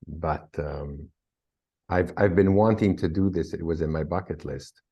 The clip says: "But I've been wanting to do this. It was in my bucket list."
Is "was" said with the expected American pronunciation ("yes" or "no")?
yes